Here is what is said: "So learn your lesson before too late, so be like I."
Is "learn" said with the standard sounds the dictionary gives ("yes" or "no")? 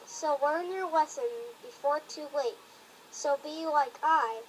no